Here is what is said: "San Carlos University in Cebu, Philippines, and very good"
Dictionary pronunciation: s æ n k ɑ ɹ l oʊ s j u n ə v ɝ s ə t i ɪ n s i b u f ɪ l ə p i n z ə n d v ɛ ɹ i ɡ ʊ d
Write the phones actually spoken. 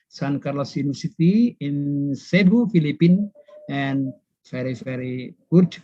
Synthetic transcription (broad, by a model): s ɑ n k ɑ ɹ l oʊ s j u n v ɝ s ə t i ɪ n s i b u f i l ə p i n ə n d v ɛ ɹ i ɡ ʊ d